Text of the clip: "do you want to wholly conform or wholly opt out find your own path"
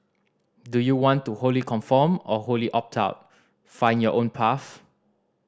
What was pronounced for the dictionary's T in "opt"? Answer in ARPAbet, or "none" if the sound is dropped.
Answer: T